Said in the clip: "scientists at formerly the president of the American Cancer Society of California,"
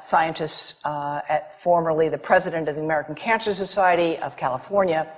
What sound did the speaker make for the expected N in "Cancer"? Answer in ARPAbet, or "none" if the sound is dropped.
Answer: N